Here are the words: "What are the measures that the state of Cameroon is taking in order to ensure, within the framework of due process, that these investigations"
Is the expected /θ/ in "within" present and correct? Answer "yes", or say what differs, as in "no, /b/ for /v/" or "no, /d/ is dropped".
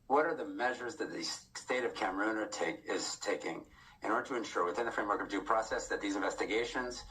yes